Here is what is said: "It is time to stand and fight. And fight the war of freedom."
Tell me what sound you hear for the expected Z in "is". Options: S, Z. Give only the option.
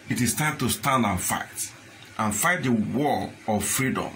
S